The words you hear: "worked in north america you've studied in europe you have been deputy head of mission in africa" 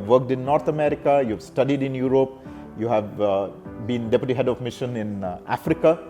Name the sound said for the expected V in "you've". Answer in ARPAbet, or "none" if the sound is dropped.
V